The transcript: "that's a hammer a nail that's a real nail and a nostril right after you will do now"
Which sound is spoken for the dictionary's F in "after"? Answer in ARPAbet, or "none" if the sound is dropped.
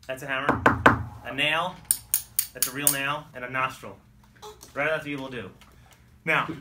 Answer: none